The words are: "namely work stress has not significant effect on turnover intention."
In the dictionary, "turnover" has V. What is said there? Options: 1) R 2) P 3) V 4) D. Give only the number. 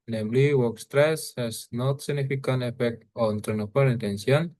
2